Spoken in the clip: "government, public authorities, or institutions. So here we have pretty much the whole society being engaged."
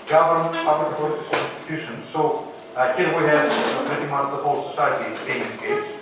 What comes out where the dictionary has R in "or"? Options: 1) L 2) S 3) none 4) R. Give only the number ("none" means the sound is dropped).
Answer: 1